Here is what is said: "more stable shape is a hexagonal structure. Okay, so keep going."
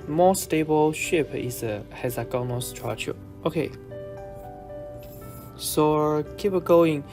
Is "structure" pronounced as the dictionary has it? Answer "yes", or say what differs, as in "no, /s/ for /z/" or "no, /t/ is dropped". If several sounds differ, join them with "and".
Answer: no, /k/ is dropped